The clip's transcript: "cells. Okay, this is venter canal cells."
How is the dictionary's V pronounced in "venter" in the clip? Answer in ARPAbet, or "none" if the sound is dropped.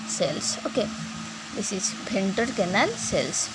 B